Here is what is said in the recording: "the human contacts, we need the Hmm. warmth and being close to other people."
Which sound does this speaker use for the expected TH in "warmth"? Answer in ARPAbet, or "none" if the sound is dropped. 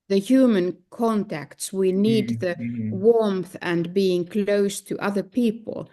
TH